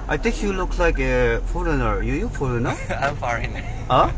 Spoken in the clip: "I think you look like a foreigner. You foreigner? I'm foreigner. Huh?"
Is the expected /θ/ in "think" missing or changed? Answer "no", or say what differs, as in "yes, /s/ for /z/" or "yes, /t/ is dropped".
yes, /t/ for /θ/